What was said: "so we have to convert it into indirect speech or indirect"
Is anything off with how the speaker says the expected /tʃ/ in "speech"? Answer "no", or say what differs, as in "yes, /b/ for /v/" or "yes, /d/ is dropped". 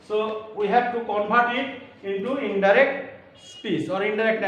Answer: yes, /s/ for /tʃ/